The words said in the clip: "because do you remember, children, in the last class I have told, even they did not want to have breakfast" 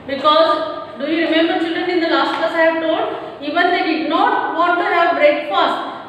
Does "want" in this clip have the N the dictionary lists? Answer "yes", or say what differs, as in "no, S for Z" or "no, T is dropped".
no, N is dropped